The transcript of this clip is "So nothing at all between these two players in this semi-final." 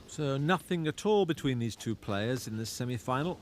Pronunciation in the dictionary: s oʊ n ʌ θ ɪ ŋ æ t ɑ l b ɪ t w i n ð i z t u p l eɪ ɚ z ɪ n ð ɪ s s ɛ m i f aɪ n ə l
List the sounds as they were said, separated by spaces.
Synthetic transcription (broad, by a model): s oʊ n ʌ θ ɪ ŋ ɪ t ɑ l b ɪ t w i n ð i z t u p l eɪ ɚ z ɪ n ð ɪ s s ɛ m i f aɪ n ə l